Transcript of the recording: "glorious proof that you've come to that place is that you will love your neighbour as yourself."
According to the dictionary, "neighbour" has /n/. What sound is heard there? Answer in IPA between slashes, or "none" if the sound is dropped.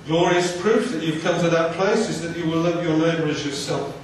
/l/